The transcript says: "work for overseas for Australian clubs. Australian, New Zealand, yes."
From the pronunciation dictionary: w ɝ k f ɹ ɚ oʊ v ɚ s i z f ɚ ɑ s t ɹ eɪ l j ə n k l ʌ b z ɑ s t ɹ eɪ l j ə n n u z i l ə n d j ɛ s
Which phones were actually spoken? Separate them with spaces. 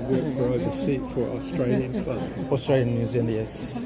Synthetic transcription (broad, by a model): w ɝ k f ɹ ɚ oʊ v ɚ s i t f ɚ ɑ s t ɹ eɪ l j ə n k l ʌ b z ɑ s t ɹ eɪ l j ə n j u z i n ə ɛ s